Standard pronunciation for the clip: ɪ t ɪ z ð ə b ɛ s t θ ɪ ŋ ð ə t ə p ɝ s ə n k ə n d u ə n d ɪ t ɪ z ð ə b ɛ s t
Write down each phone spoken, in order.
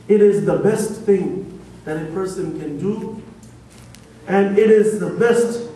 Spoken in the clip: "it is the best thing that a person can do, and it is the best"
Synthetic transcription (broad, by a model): ɪ t ɪ z ð ə b ɛ s t θ ɪ ŋ ð ə t ə p ɝ s ə n k ə n d u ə n ɪ t ɪ z ð ə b ɛ s t